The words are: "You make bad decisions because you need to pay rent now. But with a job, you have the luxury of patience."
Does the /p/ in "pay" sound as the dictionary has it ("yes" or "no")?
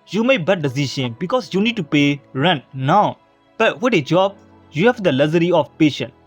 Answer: yes